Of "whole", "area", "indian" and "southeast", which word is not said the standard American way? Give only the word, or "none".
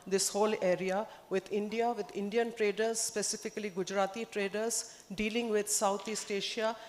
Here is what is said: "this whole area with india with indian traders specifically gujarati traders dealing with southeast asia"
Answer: southeast